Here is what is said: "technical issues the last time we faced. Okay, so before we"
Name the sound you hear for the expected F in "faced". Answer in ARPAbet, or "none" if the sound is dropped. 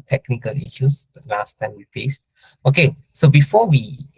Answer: P